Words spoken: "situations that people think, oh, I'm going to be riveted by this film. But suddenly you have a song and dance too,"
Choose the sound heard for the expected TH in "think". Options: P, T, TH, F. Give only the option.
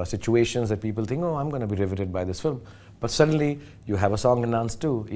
T